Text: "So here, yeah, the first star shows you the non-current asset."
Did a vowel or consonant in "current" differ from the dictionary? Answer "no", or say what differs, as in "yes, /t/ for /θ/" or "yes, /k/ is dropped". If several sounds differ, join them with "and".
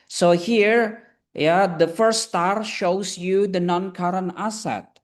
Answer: yes, /t/ is dropped